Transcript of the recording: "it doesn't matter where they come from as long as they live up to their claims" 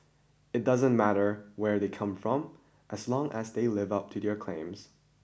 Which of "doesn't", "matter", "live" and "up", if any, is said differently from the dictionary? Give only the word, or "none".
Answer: none